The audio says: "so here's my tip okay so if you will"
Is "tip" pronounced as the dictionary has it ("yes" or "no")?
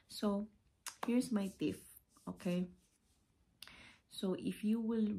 no